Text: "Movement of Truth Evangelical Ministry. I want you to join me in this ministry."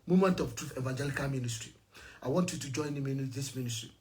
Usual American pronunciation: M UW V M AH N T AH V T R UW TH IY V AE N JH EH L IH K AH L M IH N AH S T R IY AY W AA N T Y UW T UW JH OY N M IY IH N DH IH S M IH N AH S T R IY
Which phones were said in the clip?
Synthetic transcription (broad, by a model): M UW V M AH N T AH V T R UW F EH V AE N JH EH L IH K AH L M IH N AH S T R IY AY W AA N T Y UW T UW JH OY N M IY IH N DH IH S M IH N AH S T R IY